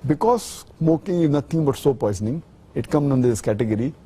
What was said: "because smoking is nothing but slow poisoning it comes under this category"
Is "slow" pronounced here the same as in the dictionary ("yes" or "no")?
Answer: no